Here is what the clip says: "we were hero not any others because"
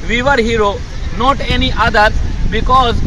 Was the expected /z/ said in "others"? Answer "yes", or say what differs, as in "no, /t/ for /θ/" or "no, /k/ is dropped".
no, /z/ is dropped